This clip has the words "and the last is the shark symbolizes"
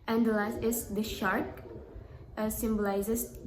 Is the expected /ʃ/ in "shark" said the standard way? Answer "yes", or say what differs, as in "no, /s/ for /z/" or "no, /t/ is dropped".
yes